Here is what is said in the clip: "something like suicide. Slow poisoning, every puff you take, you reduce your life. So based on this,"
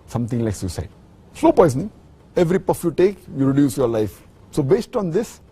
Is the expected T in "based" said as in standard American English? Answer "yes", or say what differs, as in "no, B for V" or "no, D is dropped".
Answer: yes